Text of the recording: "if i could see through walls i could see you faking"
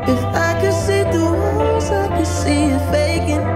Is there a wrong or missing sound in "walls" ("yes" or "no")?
yes